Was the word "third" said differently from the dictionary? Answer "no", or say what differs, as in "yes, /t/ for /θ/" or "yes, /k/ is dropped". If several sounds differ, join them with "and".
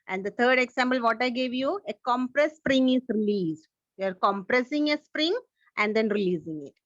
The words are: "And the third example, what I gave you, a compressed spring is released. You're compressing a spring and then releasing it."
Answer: yes, /t/ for /θ/